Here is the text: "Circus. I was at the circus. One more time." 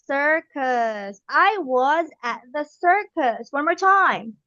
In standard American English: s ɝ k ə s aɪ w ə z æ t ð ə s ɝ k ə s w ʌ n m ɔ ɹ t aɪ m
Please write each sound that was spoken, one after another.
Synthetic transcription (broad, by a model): s ɝ k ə s aɪ w ə z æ t ð ə s ɝ k ə s w ʌ n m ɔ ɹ t aɪ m